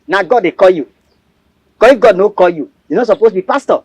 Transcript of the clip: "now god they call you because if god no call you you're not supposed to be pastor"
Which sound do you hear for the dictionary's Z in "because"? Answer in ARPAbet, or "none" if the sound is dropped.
none